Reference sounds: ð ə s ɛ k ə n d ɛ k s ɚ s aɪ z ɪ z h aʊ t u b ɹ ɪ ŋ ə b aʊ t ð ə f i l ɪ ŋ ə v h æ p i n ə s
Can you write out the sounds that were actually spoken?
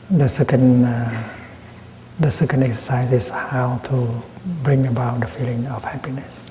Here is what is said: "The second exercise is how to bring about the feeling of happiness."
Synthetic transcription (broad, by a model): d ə s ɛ k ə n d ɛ k s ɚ s aɪ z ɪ s h aʊ t u b ɹ ɪ ŋ ə b aʊ t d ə f i l ɪ ŋ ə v h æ p i n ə s